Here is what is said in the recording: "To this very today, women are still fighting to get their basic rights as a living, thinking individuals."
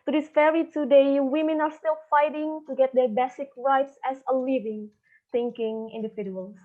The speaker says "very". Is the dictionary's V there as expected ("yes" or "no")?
no